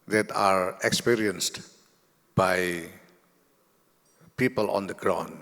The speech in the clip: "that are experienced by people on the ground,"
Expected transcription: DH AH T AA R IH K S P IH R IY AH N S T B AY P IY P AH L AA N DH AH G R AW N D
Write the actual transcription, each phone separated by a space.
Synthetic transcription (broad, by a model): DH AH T AA R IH K S P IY R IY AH N S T B AY P IY P AH L AA N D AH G R AW N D